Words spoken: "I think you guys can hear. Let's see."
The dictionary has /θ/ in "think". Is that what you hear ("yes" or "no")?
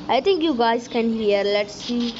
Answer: no